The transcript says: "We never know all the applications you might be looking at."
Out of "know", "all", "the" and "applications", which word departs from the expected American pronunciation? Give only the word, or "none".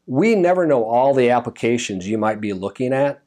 none